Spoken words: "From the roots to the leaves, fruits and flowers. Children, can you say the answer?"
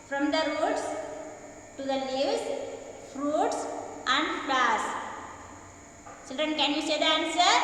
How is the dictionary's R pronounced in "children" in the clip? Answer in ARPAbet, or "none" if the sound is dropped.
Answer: R